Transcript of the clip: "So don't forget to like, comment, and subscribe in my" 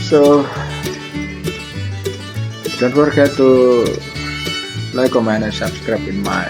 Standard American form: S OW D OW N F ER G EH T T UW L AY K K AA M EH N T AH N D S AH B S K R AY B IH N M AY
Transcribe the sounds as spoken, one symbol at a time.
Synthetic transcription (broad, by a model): S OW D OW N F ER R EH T T UW L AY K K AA M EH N AH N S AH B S K R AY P IH N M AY